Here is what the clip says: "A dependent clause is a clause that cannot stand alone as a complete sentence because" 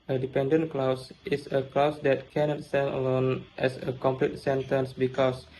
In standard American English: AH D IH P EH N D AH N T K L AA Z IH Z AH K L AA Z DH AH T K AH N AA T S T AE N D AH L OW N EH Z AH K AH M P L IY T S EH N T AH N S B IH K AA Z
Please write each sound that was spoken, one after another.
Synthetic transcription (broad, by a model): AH D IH P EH N D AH N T K L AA S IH S AH K L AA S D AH T K AH N AA T S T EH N AH L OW N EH S AH K AH M P L IY T S EH N T AH N S B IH K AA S